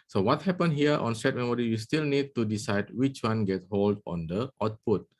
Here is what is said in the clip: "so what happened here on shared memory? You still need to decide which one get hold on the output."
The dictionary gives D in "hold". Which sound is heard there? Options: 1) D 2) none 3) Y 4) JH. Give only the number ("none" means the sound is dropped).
1